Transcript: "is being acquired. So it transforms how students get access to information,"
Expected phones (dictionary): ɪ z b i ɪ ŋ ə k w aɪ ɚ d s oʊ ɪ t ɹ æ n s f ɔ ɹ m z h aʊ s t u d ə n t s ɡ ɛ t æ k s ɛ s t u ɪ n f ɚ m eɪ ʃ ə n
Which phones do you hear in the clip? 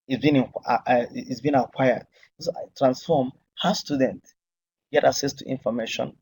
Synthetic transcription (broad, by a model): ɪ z b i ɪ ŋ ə k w aɪ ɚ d s oʊ ɪ t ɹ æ n s f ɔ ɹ m h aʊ s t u d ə n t ɡ ɛ t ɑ k s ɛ s t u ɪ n f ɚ m eɪ ʃ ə n